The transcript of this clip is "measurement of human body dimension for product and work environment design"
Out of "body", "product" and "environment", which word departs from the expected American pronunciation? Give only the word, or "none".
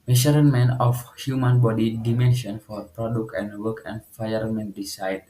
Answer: environment